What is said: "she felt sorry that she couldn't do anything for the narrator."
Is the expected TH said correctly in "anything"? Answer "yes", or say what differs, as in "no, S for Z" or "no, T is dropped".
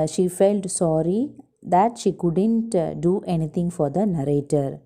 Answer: no, T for TH